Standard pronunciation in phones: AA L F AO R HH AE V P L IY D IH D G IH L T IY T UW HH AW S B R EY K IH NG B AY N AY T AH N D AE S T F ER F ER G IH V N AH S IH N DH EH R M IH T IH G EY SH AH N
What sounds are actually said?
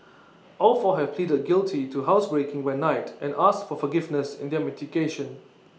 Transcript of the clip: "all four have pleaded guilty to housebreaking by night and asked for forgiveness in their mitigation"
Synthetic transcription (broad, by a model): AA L F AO HH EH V P L IY D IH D G IH L T IY T UW HH AW S B R EY K IH NG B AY N AY T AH N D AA S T F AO F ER G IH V N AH S IH N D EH M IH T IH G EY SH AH N